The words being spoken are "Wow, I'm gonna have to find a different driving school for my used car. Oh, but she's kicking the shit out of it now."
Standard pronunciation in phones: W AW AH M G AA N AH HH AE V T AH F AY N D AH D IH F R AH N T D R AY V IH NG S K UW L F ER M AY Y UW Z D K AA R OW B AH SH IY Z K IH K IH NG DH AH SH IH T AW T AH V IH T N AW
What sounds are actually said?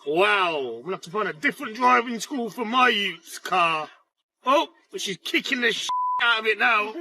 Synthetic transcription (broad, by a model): W AW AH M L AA AH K T AH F AY N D AH D IH F R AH N D R AY V IH NG S K UW L F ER M AY Y UW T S K AA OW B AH SH IY Z K IH K IH NG DH AH SH AW T AH V IH T N AW